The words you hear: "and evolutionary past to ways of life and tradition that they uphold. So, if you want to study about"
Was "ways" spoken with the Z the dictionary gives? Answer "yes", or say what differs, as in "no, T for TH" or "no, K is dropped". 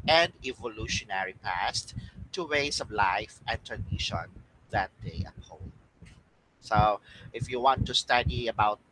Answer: no, S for Z